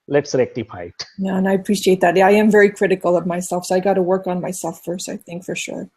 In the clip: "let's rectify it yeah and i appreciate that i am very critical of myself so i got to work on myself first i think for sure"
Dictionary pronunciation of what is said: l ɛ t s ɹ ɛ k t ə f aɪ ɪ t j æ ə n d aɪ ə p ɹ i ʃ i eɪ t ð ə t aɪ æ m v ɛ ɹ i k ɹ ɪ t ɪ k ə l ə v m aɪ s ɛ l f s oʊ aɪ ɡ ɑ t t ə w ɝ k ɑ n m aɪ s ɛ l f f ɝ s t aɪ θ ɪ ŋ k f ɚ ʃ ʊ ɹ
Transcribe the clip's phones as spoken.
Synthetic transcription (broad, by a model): l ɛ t s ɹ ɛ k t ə p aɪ ɪ t j æ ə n aɪ ə p ɹ i ʃ i eɪ t ð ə t aɪ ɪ m v ɛ ɹ i k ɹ ɪ t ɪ k l ə v m aɪ s ɛ l f s oʊ aɪ ɡ ɑ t t ə w ɝ k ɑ n m aɪ s ɛ l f f ɝ s t aɪ θ ɪ ŋ k f ɚ ʃ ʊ ɹ